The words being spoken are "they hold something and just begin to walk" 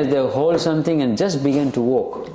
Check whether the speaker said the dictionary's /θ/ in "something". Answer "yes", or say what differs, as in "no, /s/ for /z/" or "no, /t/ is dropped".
no, /t/ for /θ/